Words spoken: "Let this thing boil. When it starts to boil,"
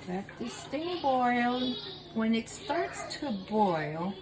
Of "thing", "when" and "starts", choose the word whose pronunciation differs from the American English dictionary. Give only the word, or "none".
thing